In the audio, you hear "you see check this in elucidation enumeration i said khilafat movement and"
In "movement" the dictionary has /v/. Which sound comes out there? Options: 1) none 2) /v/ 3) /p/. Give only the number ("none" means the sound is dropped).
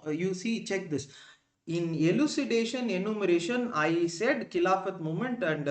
1